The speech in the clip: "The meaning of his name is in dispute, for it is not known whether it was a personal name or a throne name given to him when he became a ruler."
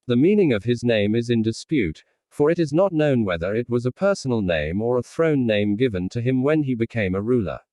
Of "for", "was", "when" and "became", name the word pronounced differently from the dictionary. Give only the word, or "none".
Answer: none